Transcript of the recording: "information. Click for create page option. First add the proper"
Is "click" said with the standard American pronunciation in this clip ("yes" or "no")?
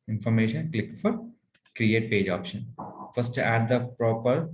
yes